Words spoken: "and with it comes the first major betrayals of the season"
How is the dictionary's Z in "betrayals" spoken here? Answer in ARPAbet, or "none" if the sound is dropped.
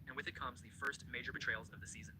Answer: Z